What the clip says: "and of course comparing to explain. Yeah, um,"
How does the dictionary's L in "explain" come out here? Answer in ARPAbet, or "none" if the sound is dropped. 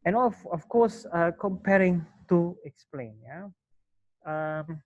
L